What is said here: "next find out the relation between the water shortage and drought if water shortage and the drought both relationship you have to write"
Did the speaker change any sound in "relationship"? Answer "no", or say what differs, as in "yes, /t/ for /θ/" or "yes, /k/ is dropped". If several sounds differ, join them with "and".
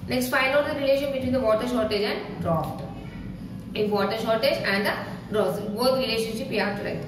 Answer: no